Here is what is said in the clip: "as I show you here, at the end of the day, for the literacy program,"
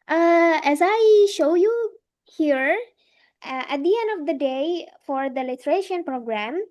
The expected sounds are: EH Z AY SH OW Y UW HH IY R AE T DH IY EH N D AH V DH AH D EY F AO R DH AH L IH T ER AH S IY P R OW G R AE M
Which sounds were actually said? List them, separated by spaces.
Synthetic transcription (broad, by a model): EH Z AY SH OW Y UW HH IY R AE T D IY EH N D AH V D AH D EY F AO R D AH L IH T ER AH SH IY P R OW G R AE M